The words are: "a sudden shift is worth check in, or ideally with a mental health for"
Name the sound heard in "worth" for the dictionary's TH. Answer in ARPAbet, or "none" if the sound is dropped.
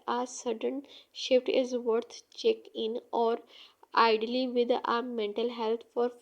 T